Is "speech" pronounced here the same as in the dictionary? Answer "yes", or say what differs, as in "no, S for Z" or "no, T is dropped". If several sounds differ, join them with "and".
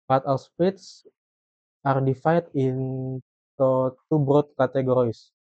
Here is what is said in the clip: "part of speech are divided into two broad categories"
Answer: no, S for CH